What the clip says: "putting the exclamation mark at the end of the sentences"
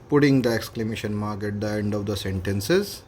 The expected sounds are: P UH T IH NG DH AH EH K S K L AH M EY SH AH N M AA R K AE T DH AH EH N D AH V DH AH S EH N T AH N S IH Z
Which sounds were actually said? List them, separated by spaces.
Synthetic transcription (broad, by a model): P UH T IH NG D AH EH K S K L AH M EY SH AH N M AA R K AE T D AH EH N D AH V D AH S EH N T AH N S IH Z